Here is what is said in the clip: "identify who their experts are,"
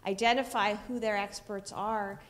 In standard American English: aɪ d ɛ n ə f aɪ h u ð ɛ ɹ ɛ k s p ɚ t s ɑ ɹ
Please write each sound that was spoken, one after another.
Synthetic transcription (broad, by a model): aɪ d ɛ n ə f aɪ h u ð ɛ ɹ ɛ k s p ɚ t s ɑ ɹ